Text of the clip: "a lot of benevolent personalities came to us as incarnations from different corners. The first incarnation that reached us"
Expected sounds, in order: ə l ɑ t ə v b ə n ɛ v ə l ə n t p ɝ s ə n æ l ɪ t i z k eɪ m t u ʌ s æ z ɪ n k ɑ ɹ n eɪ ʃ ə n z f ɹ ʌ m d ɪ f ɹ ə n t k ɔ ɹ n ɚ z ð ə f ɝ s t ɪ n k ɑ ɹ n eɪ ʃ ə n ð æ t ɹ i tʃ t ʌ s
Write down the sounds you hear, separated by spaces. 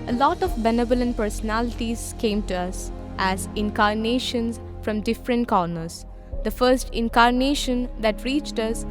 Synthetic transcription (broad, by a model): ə l ɑ t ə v b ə n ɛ b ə l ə n p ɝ s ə n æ l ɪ t i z k eɪ m t u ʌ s æ z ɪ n k ɑ ɹ n eɪ ʃ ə n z f ɹ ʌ m d ɪ f ɹ ə n t k ɔ ɹ n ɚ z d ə f ɝ s t ɪ n k ɑ ɹ n eɪ ʃ ə n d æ t ɹ i tʃ t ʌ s